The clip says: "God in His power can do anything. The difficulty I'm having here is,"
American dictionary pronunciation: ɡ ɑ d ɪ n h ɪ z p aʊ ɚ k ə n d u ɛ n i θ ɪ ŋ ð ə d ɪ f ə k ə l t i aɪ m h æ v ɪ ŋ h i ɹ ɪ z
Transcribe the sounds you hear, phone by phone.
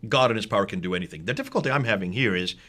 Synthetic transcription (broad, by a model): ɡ ɑ d ɪ n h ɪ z p aʊ ɚ k ə n d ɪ ɛ n i θ ɪ ŋ ð ə d ɪ f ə k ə l t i aɪ m h æ v ɪ ŋ h i ɹ ɪ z